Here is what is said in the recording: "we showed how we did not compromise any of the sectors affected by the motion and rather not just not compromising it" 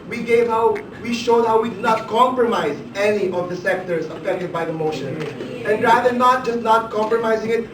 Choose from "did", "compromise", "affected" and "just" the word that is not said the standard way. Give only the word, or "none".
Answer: none